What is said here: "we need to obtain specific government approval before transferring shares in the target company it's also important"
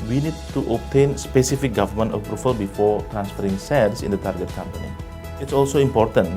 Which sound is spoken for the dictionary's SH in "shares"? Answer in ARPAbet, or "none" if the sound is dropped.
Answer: S